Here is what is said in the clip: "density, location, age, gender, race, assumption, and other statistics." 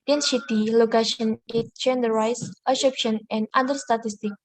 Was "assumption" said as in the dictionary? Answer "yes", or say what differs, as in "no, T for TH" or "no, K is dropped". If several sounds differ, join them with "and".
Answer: no, M is dropped